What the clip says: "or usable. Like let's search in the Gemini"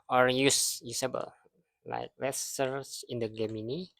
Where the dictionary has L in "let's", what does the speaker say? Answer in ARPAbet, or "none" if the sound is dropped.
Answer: W